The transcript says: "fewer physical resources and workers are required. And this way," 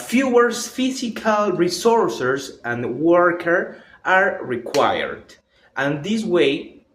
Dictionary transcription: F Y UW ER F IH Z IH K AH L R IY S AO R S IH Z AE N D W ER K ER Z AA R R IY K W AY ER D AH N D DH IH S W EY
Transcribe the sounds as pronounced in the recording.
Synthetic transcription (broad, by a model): F Y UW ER F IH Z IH K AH L R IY S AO R S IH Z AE N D W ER K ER AA R R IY K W AY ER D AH N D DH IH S W EY